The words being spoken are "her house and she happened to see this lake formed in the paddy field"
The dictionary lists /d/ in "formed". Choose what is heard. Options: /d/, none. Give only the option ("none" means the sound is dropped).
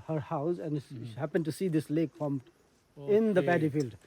none